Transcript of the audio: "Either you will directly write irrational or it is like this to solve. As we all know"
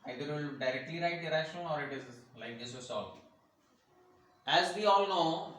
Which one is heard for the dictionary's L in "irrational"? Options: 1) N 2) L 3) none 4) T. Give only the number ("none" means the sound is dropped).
1